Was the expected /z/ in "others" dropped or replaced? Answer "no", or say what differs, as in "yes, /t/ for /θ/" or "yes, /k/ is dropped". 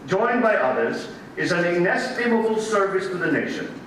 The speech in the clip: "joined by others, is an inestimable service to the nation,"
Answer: no